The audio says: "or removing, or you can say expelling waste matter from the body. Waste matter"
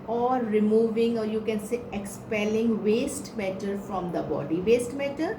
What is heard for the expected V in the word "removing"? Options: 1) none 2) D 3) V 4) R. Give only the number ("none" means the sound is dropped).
3